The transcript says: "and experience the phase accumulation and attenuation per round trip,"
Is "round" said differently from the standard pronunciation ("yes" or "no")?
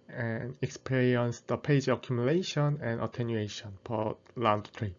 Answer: yes